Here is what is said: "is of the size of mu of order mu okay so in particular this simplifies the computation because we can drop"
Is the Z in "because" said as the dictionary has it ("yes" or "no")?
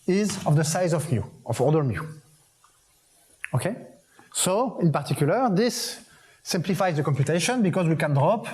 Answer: yes